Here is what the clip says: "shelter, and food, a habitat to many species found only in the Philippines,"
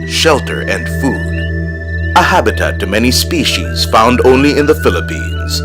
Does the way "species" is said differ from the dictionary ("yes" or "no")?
no